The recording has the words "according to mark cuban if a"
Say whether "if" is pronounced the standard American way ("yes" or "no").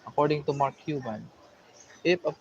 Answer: no